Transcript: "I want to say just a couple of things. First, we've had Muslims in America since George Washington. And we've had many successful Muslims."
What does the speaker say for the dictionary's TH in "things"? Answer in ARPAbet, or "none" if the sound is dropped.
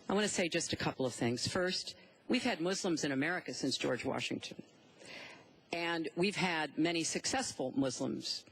TH